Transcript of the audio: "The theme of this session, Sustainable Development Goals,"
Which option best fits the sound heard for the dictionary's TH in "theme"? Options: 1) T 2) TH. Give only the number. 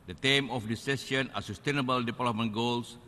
1